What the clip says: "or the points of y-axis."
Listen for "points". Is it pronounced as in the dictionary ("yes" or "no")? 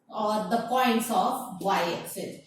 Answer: yes